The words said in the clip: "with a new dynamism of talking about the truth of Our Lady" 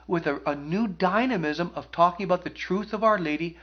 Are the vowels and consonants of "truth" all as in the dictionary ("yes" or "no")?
yes